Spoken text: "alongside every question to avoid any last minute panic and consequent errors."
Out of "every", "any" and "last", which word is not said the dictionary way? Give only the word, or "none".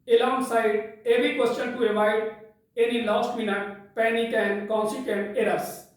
every